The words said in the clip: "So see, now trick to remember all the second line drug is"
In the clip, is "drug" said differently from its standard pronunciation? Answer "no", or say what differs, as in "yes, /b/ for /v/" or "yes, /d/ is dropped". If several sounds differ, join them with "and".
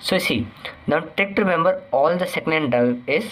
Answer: yes, /ɹ/ is dropped and /ɡ/ is dropped